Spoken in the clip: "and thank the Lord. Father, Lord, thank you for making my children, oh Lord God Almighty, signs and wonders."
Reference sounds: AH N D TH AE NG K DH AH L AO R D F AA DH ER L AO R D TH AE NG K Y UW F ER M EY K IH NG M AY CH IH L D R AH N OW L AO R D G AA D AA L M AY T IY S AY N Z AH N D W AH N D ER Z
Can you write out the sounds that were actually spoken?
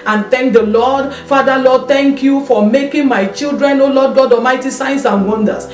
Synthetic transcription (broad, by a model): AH N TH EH NG K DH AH L AO D F AA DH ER L AO D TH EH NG K Y UW F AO M EY K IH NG M AY CH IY L D R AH N OW L AO D G AA D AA M AY T IY S AY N S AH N W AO N D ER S